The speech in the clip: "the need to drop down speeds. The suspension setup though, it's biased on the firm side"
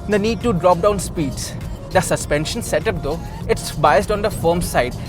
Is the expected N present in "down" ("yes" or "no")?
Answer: yes